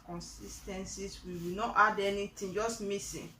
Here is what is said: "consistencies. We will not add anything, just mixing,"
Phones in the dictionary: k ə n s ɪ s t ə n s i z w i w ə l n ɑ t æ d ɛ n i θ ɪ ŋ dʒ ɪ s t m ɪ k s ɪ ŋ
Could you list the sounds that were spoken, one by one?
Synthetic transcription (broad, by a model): k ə n s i s t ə n s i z w i w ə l n ɑ t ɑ d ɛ n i t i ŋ dʒ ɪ s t m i s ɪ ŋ